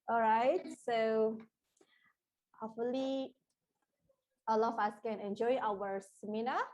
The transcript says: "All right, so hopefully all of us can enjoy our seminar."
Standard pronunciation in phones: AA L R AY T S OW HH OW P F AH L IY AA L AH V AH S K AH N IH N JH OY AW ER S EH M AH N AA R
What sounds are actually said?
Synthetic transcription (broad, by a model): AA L R AY T S OW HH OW F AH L IY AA L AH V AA S K AH N IH N JH OY AW ER S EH M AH N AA